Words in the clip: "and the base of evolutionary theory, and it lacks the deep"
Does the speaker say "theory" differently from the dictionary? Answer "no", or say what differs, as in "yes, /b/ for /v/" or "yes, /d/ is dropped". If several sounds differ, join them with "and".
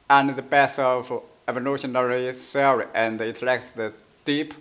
yes, /s/ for /θ/